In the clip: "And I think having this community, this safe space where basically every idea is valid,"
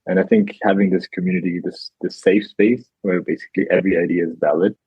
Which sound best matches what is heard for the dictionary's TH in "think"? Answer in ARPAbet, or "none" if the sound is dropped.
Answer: TH